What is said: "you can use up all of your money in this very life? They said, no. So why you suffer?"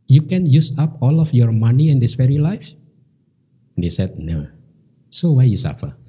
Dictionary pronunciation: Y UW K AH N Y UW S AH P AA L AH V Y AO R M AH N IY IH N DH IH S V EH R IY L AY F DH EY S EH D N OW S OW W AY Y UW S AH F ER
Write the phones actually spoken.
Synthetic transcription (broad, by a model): Y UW K AH N Y UW S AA P AA L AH F Y AO R M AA N IY IH N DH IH S F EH R IY L AY F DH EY S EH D N OW S OW W AY Y UW S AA F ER